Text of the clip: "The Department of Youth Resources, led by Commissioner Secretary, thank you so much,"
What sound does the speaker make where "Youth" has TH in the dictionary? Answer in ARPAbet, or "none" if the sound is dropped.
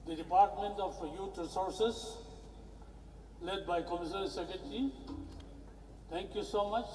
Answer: T